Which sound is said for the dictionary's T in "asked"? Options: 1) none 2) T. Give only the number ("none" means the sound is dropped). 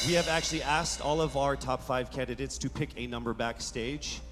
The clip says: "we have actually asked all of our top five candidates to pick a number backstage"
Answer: 2